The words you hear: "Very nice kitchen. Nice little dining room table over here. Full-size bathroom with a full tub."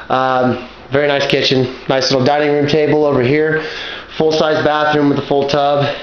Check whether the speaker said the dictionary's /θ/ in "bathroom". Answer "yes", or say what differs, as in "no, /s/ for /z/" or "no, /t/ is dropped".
yes